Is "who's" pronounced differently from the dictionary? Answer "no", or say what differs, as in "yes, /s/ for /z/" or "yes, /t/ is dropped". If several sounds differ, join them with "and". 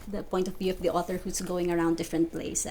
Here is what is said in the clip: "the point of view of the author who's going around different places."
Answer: yes, /s/ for /z/